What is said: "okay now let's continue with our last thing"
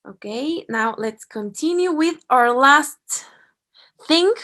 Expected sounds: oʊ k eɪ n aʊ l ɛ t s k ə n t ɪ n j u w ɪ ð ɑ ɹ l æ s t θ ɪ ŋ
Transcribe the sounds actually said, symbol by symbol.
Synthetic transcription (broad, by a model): oʊ k eɪ n aʊ l ɛ t s k ə n t ɪ n j u w ɪ ð ɑ ɹ l æ s t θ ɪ ŋ